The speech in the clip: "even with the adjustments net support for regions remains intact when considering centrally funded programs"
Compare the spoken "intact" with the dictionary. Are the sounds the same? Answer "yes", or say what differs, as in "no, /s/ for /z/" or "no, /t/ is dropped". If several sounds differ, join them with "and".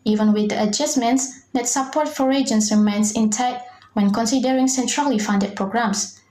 no, /k/ is dropped